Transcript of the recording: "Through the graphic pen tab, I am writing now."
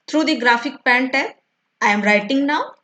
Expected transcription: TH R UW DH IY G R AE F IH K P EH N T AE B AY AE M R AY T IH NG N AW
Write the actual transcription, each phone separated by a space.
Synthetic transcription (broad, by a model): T R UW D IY G R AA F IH K P EH N T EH AY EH M R AY T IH NG N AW